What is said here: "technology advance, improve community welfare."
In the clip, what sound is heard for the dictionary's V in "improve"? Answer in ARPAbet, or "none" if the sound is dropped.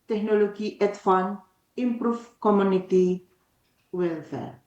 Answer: F